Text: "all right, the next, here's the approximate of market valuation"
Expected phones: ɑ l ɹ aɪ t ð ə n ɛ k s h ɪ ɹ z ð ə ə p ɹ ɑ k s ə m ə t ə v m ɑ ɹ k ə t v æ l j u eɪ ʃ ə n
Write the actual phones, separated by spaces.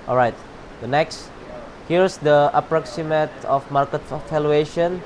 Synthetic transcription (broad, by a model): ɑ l ɹ aɪ t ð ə n ɛ k s h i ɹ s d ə ə p ɹ ɑ k s ə m ə t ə f m ɑ ɹ k ə t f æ l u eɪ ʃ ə n